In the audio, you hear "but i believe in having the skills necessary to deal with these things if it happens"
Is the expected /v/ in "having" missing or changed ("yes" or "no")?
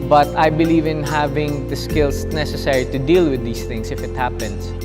no